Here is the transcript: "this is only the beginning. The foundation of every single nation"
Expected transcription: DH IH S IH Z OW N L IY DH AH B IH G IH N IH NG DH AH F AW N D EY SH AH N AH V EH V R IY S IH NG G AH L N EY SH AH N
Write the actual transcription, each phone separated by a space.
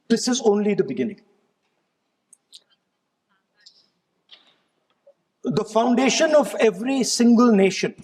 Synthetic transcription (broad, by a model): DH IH S IH Z OW N L IY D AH B IH G IH N IH NG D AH F AW N D EY SH AH N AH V EH V R IY S IH NG G AH L N EY SH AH N